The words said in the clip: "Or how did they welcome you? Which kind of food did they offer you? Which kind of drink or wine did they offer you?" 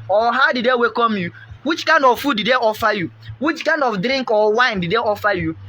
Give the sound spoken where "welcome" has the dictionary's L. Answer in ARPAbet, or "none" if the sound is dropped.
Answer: none